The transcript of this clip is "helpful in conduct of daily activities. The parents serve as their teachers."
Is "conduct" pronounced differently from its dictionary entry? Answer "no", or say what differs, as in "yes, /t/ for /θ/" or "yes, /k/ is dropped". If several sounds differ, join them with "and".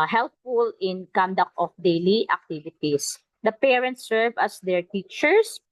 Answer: no